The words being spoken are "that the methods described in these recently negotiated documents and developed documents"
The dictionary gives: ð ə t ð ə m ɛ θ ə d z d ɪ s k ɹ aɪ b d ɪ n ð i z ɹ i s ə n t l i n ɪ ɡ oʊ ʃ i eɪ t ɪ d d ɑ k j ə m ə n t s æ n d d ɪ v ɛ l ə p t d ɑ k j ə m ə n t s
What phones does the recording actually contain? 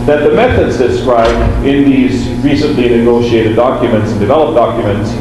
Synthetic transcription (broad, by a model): ð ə t ð ə m ɛ θ ə d z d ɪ s k ɹ aɪ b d ɪ n ð i z ɹ i s ə n t l i n ɪ ɡ oʊ ʃ i eɪ t ɪ d d ɑ k j ə m ə n t s n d d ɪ v ɛ l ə p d ɑ k j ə m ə n t s